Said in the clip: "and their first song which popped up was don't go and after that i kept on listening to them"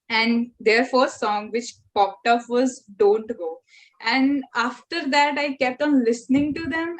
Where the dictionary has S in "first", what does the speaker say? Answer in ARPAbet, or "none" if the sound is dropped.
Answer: none